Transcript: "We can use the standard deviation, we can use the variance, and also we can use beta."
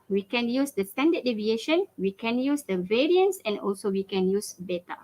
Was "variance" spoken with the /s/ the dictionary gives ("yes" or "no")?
yes